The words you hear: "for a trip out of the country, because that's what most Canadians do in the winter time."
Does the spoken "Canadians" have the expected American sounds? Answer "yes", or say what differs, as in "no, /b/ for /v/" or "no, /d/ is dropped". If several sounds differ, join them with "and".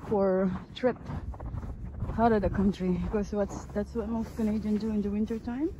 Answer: no, /z/ is dropped